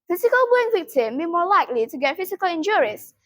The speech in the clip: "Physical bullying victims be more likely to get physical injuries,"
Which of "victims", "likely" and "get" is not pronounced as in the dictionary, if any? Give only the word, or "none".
victims